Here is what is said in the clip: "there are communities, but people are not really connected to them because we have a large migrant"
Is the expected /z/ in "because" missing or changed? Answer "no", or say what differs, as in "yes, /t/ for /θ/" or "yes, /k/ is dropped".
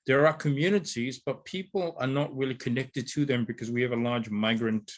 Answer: no